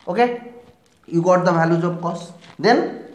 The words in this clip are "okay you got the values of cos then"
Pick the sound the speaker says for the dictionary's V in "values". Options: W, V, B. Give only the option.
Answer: B